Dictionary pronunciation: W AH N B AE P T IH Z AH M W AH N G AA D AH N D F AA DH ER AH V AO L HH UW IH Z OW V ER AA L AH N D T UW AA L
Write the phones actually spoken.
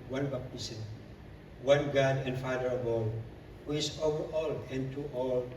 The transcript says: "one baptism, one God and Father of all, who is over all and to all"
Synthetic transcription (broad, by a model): W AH N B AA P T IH S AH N W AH N G AA D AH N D F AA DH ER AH B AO HH UW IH S OW V ER AA L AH N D T UW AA L